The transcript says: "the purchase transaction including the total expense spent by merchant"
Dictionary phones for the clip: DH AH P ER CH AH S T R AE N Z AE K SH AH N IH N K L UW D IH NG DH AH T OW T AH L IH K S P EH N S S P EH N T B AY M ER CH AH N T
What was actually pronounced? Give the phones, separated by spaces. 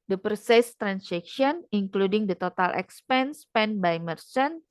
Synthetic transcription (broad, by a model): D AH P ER S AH S T R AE N S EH K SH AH N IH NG K L UW D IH NG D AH T OW T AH L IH K S P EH N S S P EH N B AY M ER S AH N